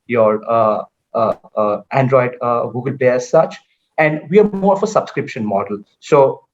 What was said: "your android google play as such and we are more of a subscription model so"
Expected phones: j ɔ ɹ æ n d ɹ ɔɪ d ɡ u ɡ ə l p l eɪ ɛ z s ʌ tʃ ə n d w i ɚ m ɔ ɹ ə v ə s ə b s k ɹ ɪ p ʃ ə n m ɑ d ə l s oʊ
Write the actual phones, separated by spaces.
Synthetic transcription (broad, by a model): j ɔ ɹ æ n d ɹ ɔɪ d ɡ u ɡ ə l p l eɪ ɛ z s ʌ tʃ ə n d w i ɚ m ɔ ɹ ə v ə s ə b s k ɹ ɪ p ʃ ə n m ɑ d ə l s oʊ